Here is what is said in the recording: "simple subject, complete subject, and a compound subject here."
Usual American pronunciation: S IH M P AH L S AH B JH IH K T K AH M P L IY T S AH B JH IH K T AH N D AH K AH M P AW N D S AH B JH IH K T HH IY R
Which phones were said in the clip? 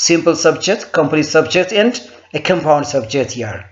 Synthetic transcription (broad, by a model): S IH M P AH L S AH B JH IH K T K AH M P N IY S AH B JH IH K T AH N D AH K AH M P AW N D S AH B JH IH K T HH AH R